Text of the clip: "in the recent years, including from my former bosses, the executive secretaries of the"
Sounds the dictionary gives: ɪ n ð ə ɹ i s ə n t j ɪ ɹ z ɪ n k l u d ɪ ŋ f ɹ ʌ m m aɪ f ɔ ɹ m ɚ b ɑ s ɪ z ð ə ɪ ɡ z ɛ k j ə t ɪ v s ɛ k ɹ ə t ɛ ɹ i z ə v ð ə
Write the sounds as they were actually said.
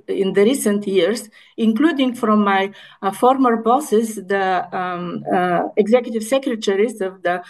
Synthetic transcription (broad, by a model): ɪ n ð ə ɹ i s ə n t j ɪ ɹ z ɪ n k l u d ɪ ŋ f ɹ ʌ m m aɪ f ɔ ɹ m ɚ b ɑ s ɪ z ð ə ɪ ɡ z ɛ k j ə t ɪ v s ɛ k ɹ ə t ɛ ɹ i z ə v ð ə